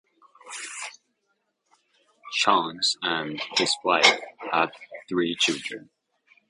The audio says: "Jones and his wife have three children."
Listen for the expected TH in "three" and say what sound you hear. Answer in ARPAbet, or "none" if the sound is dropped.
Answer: TH